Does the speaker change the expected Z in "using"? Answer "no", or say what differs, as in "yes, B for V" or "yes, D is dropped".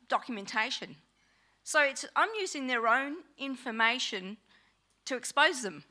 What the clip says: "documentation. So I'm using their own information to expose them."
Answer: no